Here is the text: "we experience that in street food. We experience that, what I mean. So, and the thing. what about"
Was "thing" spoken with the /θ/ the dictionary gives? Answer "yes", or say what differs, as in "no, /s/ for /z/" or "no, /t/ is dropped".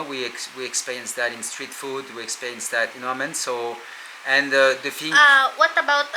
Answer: no, /f/ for /θ/